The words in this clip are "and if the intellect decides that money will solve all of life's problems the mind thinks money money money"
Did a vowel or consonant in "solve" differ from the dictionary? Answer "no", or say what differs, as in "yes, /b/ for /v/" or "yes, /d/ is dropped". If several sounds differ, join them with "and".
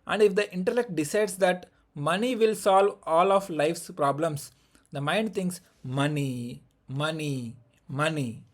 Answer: no